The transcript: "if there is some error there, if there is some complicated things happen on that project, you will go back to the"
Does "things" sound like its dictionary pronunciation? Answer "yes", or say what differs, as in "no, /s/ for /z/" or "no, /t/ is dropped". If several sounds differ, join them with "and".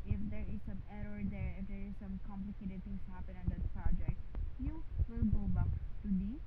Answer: no, /t/ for /θ/